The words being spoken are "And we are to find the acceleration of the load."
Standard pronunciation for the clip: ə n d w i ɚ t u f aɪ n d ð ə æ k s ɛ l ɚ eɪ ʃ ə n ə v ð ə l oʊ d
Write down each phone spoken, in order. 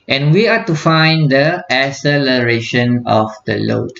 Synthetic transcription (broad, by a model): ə n w i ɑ t u f aɪ n d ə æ s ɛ l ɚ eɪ ʃ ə n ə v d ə l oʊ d